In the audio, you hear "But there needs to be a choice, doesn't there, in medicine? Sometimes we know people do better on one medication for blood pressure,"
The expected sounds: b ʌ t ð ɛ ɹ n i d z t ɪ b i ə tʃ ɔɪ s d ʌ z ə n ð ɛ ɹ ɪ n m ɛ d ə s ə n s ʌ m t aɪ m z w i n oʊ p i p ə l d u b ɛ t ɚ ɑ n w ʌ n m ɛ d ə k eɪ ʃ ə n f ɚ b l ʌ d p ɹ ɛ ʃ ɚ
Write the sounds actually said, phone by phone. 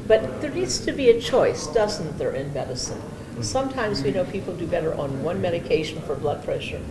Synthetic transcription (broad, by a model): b ʌ t ð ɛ ɹ n i d z t ɪ b i ə tʃ ɔɪ s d ʌ z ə n ð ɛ ɹ ɪ n m ɛ d ə s ə n s ʌ m t aɪ m z w i n oʊ p i p l d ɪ b ɛ t ɚ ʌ n w ʌ n m ɛ d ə k eɪ ʃ n f ɚ b l ʌ d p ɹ ɛ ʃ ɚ